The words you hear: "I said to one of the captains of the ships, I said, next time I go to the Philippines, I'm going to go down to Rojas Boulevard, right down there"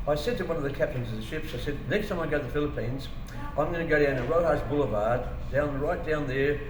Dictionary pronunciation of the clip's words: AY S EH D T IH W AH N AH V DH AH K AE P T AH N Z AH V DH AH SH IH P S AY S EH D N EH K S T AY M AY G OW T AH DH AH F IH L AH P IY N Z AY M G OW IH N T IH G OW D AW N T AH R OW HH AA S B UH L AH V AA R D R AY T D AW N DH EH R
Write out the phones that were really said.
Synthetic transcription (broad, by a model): AY S EH D T IH W AH N AH V DH AH K AE P T AH N Z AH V DH AH SH IH P S AY S EH D N EH K S T AY M AY G OW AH DH AH F IH L AH P IY N Z AY M G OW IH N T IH G OW D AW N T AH R OW HH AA S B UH L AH V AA R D R AY T D AW N DH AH R